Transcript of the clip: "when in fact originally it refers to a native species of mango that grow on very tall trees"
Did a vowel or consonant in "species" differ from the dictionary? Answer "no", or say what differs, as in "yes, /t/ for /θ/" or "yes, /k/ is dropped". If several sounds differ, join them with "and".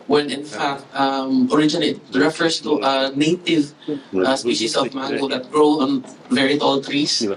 yes, /s/ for /z/